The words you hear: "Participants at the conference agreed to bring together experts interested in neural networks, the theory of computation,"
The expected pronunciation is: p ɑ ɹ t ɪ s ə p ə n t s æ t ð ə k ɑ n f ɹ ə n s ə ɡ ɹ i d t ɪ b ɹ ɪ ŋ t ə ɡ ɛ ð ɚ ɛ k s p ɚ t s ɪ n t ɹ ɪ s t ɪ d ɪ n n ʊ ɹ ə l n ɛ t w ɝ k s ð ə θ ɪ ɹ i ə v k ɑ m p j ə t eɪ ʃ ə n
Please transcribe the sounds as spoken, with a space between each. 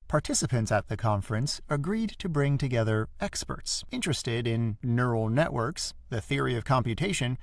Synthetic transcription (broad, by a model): p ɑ ɹ t ɪ s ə p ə n t s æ t ð ə k ɑ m f ɹ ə n s ə ɡ ɹ i d t ɪ b ɹ ɪ ŋ t ə ɡ ɛ ð ɚ ɛ k s p ɚ t s ɪ n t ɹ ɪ s t ɪ d ɪ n n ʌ ɹ l n ɛ t w ɝ k s ð ə θ ɪ ɹ i ə v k ɑ m p j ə t eɪ ʃ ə n